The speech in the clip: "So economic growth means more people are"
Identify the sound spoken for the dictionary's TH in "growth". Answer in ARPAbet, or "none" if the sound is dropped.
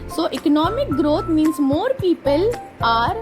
T